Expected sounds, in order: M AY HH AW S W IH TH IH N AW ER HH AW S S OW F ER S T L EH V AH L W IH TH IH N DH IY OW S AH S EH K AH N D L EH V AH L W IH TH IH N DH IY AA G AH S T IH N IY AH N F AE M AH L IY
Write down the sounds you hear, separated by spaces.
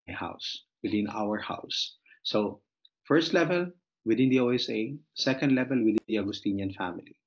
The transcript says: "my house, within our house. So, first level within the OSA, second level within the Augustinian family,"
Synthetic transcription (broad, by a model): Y HH AW S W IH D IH N AW ER HH AW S S OW F ER S T L EH V AH L W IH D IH N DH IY OW S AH S EH K AH N D L EH V AH L W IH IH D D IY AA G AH S T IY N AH N F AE M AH L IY